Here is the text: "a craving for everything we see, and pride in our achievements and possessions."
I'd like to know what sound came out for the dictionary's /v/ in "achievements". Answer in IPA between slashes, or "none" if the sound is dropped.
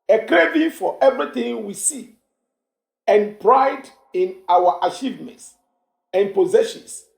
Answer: /v/